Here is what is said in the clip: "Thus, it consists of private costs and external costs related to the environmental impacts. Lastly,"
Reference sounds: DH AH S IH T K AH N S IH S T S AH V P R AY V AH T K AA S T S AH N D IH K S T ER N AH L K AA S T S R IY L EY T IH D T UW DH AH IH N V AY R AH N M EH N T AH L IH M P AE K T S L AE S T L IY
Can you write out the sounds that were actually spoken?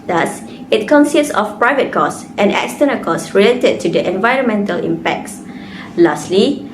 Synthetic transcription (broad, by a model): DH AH S IH T K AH N S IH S T S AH F P R AY V AH T K AA S T AH N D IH K S T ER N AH K AA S S R IY L EY T IH D T UW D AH IH N V AY R AH N M EH N T AH L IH M P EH K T S L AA S T L IY